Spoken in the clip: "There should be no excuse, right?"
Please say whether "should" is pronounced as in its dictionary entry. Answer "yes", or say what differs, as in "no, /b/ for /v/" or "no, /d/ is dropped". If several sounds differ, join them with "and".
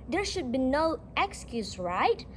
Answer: yes